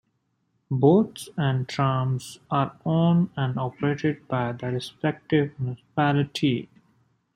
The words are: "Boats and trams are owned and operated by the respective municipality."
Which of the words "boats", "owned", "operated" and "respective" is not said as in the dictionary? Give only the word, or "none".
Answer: owned